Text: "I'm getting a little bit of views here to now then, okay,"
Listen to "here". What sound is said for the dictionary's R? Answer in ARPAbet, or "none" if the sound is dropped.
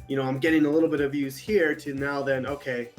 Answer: R